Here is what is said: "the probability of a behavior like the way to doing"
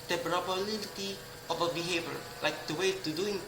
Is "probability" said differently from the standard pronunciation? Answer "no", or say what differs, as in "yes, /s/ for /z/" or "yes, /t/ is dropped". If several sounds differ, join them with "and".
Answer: yes, /b/ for /p/ and /n/ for /l/